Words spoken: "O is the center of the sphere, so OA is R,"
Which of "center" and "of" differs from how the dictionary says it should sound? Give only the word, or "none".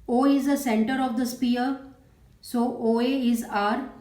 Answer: none